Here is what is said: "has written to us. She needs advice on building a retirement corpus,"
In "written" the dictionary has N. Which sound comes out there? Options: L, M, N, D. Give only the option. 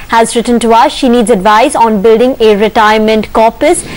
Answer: N